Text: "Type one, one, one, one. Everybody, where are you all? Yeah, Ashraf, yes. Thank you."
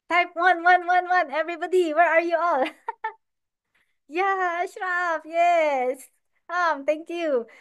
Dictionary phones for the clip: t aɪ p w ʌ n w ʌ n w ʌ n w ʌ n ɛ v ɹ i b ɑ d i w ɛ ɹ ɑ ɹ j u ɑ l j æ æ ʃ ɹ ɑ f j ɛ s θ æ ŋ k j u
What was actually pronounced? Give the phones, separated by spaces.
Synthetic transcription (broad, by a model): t aɪ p w ʌ n w ʌ n w ʌ n w ʌ n ɛ v ɹ i b ɑ d i w ɛ ɹ ɑ ɹ j u ɑ l j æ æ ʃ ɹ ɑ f j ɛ s t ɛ ŋ k j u